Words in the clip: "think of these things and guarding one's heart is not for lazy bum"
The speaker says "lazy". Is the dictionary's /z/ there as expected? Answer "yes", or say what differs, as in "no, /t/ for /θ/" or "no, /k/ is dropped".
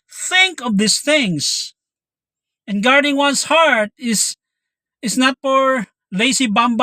no, /s/ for /z/